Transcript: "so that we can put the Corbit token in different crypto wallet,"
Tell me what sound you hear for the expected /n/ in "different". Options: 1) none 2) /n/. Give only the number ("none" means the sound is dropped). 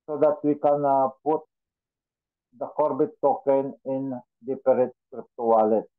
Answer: 1